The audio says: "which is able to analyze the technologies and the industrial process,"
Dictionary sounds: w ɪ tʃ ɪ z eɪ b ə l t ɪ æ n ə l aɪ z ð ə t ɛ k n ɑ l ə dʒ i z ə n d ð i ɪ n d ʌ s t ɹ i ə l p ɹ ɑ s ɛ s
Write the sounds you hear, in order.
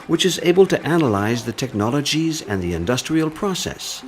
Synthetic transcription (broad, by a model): w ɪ tʃ ɪ z eɪ b ə l t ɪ æ n ə l aɪ z ð ə t ɛ k n ɑ l ə dʒ i z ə n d ð i ɪ n d ʌ s t ɹ i ə l p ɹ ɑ s ɛ s